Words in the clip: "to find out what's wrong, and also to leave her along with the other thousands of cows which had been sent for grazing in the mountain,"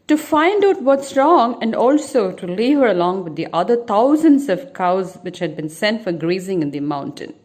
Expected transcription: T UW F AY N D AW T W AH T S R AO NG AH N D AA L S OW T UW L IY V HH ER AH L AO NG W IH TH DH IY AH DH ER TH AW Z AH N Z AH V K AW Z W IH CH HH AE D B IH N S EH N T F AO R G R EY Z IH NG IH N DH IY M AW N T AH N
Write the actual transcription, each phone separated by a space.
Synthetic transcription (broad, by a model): T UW F AY N D AW T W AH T S R AO NG AH N D AA L S OW T UW L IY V HH ER AH L AO NG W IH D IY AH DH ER T AW Z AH N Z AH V K AW Z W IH CH HH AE D B IH N S EH N T F AO R G R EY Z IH NG IH N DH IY M AW N T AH N